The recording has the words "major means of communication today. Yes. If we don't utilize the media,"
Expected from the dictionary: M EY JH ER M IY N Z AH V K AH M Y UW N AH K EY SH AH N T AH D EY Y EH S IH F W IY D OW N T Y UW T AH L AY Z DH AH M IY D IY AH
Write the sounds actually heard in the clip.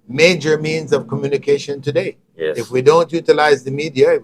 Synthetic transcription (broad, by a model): M EY JH ER M IY N Z AH V K AH M Y UW N AH K EY SH AH N T AH D EY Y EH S IH F W IY D OW N T Y UW T AH L AY Z DH AH M IY D IY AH